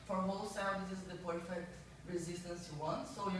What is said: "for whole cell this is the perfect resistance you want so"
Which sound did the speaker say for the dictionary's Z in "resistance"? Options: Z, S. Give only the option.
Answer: Z